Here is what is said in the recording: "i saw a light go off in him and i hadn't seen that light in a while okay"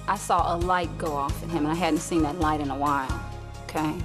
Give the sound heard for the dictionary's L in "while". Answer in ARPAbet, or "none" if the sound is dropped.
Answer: N